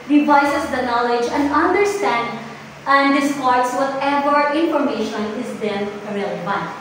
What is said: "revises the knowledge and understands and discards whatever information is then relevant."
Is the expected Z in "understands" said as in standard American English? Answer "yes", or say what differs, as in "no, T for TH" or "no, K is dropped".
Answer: no, Z is dropped